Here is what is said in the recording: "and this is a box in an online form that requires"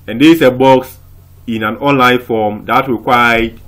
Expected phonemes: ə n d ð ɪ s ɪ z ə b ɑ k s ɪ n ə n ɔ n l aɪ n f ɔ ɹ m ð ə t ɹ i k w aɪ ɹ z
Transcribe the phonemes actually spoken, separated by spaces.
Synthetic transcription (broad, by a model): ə n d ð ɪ ɪ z ə b ɑ k s ɪ n ə n ɔ n l aɪ n f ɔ m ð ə t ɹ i k w aɪ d